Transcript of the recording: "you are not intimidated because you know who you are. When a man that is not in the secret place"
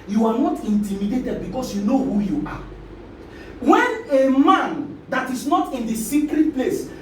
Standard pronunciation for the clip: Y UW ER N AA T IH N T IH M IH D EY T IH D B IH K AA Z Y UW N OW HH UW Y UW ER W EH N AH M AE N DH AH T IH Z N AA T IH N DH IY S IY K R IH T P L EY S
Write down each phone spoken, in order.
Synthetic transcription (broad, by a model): Y UW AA N AA T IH N T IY M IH D EY T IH D B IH K AA S Y UW N OW HH UW Y UW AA W EH N AH M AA N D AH T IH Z N AA T IH N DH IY S IY K R IH T P L EY S